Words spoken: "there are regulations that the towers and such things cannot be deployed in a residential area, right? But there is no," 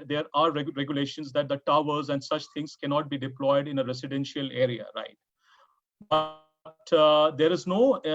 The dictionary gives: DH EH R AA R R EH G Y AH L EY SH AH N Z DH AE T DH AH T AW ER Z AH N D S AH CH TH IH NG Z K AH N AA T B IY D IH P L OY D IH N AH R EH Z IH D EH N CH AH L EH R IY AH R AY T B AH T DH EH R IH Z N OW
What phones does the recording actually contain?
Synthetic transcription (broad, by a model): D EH R AA R R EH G Y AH L EY SH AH N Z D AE T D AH T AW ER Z AH N D S AH CH T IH NG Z K AH N AA T B IY D IH P L OY D IH N AH R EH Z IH D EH N SH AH L EH R IY AH R AY T B AH T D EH R IH Z N OW